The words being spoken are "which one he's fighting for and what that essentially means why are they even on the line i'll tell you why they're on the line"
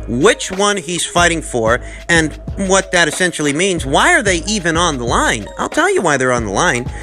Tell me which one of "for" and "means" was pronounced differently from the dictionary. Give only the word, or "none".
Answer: none